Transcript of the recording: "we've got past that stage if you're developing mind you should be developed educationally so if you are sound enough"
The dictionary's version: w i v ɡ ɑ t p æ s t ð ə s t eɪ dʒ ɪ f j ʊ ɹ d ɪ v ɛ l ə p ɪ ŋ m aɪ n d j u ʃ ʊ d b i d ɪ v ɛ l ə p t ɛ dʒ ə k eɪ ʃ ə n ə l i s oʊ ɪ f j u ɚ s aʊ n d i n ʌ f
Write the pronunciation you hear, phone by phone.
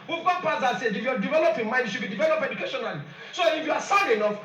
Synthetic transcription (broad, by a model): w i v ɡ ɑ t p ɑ t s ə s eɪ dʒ ɪ f j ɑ d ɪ v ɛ l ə p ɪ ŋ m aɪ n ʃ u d b i d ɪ v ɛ l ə p ɛ dʒ ə k eɪ ʃ ə n ə l i s oʊ ɪ f j u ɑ s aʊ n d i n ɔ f